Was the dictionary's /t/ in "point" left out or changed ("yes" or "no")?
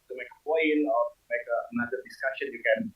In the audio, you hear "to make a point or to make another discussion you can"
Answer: yes